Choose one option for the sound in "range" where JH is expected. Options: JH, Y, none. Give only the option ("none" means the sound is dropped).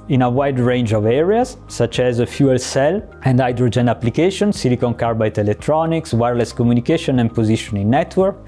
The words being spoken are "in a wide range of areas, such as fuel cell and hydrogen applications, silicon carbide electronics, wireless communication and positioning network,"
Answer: JH